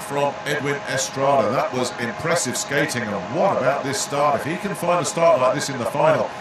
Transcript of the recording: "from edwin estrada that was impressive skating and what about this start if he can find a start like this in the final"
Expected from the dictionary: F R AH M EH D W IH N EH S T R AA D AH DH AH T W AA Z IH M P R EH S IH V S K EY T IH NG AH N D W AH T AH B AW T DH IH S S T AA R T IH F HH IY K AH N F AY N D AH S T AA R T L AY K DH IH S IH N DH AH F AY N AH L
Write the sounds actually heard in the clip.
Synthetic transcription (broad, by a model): F R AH M EH D W IH N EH S T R AA D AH DH AH T W AA Z IH M P R EH S IH V S K EY T IH NG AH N W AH T AH B AW T DH IH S S T AA R T IH F HH IY K AH N F AY N D AH S T AA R T L AY K DH IH S IH N DH AH F AY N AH L